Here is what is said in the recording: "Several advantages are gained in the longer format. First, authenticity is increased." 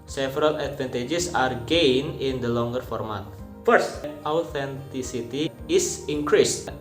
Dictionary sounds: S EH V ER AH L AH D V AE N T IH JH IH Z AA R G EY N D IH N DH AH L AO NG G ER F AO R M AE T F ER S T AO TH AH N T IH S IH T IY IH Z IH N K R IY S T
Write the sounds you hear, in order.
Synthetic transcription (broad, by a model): S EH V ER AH L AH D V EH N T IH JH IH S AA R G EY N IH N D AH L AO NG G ER F AO R M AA T F ER S T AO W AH N T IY S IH T IY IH S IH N K R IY S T